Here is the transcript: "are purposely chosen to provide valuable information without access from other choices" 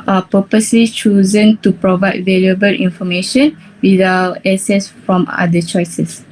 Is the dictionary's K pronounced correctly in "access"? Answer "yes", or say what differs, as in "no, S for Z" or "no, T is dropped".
no, K is dropped